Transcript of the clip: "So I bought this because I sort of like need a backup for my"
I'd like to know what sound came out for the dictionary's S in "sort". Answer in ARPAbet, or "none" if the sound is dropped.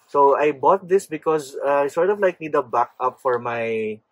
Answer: S